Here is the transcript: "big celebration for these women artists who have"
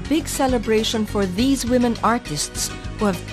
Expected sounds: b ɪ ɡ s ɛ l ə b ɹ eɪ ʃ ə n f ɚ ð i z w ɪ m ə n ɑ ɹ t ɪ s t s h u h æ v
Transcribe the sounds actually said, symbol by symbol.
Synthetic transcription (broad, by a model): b ɪ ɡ s ɛ l ə b ɹ eɪ ʃ ə n f ɚ ð i z w ɪ m ə n ɑ ɹ t ɪ s t s h u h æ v